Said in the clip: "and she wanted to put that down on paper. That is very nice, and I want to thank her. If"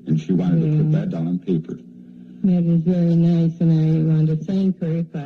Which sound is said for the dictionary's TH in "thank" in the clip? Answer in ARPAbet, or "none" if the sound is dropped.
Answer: S